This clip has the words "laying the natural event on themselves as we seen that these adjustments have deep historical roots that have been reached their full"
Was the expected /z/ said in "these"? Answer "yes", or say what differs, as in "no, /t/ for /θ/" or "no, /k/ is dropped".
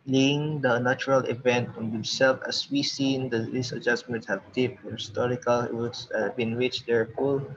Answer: no, /s/ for /z/